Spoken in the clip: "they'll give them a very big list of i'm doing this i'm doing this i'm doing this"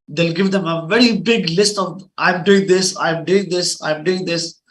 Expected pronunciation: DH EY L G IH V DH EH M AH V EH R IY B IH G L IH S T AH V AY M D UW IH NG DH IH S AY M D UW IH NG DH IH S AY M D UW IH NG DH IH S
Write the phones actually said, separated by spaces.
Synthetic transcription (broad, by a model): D EY L G IH V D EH M AH V EH R IY B IH G L IH S T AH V AY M D UW IH NG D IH S AY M D UW IH NG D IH S AY M D UW IH NG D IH S